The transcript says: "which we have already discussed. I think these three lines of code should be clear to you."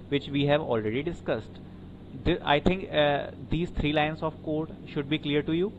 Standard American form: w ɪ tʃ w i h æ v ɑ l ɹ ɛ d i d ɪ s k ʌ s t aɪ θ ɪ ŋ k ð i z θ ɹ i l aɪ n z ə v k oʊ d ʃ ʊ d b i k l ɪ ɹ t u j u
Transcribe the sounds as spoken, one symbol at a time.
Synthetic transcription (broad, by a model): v ɪ tʃ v i h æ v ɑ l ɹ ɛ d i d ɪ s k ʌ s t aɪ t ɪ ŋ k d i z t ɹ i l aɪ n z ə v k oʊ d ʃ ʊ d b i k l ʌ ɹ t u j u